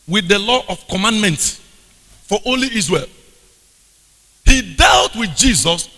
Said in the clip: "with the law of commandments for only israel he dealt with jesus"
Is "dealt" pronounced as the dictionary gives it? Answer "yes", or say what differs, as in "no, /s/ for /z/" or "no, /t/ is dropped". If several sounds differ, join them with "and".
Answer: yes